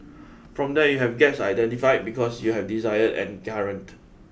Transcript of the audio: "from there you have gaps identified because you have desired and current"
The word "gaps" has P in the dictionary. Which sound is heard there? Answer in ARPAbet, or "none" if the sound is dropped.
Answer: none